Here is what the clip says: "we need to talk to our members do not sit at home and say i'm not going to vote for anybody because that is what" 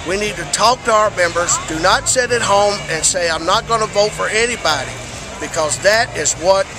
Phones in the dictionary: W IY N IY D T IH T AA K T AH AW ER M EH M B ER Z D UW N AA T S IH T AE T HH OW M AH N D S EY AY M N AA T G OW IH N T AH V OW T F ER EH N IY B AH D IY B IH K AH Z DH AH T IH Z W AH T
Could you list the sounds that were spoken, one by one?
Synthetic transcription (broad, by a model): W IY N IY D T IH T AA K T AH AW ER M EH M B ER Z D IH N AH T S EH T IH T HH OW M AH N S EY AY M N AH T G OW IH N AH V OW T F ER EH N IY B AH D IY B IH K AH Z DH AH T IH Z W AH T